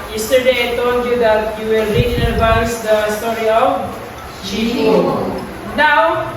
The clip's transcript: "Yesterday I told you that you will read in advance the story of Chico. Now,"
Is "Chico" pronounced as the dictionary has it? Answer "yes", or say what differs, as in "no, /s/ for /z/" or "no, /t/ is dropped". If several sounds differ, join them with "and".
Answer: no, /k/ is dropped